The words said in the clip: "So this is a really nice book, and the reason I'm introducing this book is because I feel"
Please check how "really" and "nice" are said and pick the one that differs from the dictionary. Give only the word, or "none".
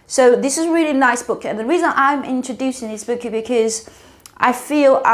none